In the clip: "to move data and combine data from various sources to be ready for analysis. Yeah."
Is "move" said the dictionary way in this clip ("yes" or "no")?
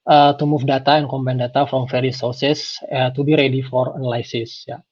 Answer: no